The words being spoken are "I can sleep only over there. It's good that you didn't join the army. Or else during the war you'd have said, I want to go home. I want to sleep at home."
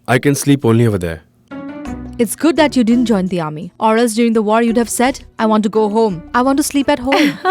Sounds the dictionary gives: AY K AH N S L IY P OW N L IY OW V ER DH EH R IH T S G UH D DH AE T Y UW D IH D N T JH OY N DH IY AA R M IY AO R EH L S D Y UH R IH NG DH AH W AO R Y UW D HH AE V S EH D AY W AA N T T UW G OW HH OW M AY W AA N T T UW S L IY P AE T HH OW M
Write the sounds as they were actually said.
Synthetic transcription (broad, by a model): AY K AH N S L IY P OW N L IY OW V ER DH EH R IH T S G UH D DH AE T Y UW D IH D N T JH OY N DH IY AA R M IY AO R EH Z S D Y UH R IH NG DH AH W AO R Y UW D HH AE V S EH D AY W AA N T T UW G OW HH OW M AY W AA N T T UW S L IY P AE T HH OW M